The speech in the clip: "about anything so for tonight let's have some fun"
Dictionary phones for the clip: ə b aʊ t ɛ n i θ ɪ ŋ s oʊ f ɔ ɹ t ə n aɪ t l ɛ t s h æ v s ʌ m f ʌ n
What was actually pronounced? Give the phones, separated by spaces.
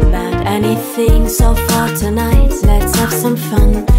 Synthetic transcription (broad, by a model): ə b aʊ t ɛ n i θ ɪ ŋ s oʊ f ɔ ɹ t ə n aɪ t l ɛ t s h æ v s ʌ m f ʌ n